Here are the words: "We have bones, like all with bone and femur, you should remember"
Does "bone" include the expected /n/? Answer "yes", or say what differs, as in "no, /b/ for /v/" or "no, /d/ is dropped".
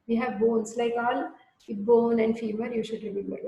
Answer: yes